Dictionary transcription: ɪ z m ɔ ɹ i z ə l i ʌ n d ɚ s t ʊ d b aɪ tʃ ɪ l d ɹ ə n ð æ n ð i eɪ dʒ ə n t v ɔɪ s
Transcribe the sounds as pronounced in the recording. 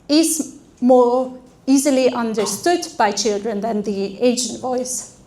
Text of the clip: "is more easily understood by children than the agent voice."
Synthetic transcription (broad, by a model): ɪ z m ɔ ɹ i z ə l i ʌ n d ɚ s t ʊ d b aɪ tʃ ɪ l d ɹ ə n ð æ n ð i eɪ ʃ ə n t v ɔɪ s